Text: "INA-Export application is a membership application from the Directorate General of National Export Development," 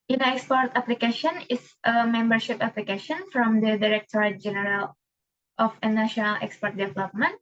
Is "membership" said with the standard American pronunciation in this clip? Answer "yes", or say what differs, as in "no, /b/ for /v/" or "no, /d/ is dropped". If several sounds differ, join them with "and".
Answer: yes